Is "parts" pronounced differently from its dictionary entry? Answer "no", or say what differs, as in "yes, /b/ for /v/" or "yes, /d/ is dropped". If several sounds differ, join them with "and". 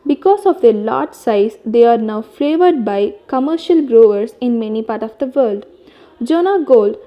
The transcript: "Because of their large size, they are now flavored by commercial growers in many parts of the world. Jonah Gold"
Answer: yes, /s/ is dropped